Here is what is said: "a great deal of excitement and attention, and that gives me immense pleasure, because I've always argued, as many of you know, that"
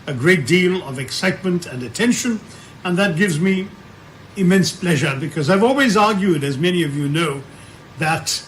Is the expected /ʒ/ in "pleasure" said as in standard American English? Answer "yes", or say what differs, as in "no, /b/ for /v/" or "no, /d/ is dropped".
yes